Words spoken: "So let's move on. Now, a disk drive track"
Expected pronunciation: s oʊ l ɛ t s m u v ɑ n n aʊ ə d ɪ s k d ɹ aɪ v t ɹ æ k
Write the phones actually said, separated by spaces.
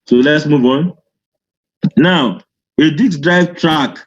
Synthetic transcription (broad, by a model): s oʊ l ɛ t s m u v ɑ n n aʊ ə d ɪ k d ɹ aɪ v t ɹ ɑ k